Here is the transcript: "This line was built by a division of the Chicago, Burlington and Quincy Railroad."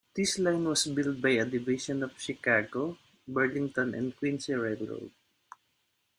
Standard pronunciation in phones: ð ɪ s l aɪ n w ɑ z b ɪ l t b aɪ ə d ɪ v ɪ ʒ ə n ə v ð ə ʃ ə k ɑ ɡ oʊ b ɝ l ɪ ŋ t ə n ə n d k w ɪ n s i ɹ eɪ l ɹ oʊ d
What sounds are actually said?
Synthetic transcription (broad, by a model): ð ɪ s l aɪ n w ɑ s b ɪ l t b aɪ ə d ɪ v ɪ ʃ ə n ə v ʃ ə k ɑ ɡ oʊ b ɝ l ɪ ŋ t ə n ə n d k w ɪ n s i ɹ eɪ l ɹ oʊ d